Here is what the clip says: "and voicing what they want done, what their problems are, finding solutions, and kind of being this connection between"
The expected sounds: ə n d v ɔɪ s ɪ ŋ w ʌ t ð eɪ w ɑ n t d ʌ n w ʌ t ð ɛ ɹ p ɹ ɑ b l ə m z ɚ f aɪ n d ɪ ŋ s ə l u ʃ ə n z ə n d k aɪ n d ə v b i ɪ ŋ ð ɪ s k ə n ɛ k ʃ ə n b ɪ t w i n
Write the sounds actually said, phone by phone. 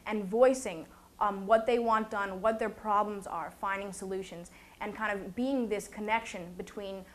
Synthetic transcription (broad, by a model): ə n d v ɔɪ s ɪ ŋ w ʌ t ð eɪ w ɑ n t d ʌ n w ʌ t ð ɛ ɹ p ɹ ɑ b l ə m z ɚ f aɪ n d ɪ ŋ s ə l u ʃ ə n z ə n k aɪ n d ə v b i ɪ ŋ ð ɪ s k ə n ɛ k ʃ ə n b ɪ t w i n